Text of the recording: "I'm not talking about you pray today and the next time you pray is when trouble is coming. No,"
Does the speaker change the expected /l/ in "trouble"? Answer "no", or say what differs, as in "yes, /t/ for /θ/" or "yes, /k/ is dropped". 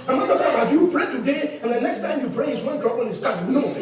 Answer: yes, /n/ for /l/